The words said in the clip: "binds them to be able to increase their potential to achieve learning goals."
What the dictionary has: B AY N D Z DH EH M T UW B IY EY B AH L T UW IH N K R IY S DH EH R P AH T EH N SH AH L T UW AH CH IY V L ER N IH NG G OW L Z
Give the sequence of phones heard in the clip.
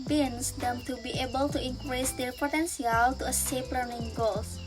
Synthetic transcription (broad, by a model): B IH N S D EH M T UW B IY EY B AH L T UW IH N K R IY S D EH R P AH T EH N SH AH L T UW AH S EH P L ER N IH NG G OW L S